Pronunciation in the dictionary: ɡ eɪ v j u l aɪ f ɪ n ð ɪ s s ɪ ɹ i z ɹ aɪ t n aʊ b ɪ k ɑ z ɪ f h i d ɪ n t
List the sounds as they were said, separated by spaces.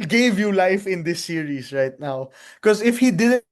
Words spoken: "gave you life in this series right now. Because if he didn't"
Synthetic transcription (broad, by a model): ɡ eɪ v j u l aɪ f ɪ n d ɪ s s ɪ ɹ i s ɹ aɪ t n aʊ k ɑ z ɪ f h i d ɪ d